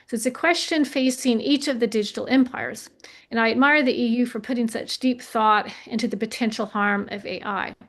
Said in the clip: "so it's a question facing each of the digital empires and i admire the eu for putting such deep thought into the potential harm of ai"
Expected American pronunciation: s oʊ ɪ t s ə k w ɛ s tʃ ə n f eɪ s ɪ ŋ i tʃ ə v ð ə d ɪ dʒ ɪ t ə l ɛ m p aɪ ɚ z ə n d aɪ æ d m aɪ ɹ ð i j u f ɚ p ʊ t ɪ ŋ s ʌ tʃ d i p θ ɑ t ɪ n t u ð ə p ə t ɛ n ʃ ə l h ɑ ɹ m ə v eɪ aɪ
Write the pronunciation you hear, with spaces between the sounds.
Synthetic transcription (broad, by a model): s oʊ ɪ t s ə k w ɛ s tʃ ə n f eɪ s ɪ ŋ i tʃ ə v ð ə d ɪ dʒ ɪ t l ɛ m p aɪ ɚ z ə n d aɪ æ d m aɪ ɹ ð i j u f ɚ p ʊ t ɪ ŋ s ʌ tʃ d i p θ ɑ t ɪ n t u ð ə p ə t ɛ n ʃ l h ɑ ɹ m ə v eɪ aɪ